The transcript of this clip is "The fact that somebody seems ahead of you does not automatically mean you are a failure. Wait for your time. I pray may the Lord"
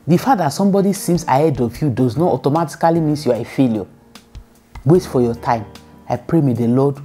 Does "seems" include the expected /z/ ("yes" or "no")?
no